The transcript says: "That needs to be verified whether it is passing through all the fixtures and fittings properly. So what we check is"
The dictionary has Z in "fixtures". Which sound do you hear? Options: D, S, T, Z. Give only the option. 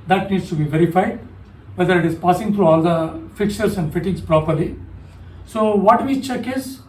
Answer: S